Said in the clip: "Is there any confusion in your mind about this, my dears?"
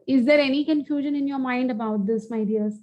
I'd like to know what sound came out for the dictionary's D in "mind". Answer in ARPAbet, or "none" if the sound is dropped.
D